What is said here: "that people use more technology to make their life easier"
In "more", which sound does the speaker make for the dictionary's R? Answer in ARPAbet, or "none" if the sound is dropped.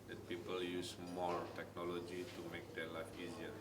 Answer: R